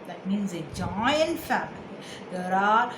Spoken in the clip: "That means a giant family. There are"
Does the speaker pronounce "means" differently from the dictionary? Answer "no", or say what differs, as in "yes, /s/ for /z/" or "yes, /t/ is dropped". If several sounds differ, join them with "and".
no